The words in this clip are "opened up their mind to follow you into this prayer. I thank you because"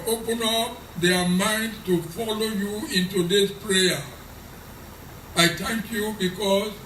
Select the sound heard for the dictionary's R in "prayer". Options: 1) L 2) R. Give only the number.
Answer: 2